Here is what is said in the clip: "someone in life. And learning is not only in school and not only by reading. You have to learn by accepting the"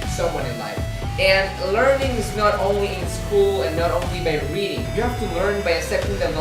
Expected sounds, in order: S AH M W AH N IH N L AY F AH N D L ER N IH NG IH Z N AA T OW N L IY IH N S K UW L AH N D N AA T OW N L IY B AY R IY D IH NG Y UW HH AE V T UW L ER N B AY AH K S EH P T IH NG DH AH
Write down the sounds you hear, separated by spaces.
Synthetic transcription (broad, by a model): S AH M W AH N IH N L AY F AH N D L ER N IH NG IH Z N AA T OW N L IY IH N S K UW L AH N N AA T OW N L IY B AY R IY D IH NG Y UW HH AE F T UW L ER N B AY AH S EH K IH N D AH